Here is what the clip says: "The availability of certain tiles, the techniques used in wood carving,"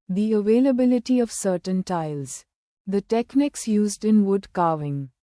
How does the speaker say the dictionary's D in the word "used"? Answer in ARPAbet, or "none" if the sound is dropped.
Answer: D